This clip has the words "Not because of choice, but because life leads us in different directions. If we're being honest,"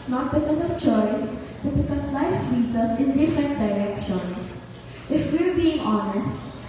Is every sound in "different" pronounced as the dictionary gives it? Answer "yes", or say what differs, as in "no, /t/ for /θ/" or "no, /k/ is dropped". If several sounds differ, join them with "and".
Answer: no, /ɹ/ is dropped